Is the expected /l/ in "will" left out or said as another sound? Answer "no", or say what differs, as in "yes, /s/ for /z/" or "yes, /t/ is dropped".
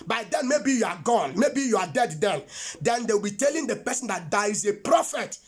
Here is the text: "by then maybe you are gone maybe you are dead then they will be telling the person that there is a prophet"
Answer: yes, /w/ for /l/